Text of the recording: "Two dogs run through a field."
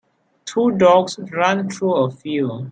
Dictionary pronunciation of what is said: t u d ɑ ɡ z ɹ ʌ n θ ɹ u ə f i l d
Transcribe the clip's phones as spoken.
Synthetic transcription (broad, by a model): t u d ɑ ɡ s ɹ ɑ n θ ɹ u ə f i l